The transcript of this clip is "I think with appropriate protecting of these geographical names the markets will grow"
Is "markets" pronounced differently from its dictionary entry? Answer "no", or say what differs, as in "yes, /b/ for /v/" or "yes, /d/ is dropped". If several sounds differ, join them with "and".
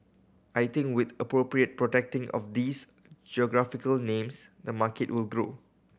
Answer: yes, /s/ is dropped